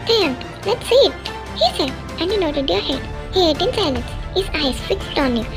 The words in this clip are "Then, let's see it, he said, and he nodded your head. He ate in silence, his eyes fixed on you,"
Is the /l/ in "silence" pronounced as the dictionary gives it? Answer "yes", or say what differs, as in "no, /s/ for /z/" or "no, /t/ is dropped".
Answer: no, /n/ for /l/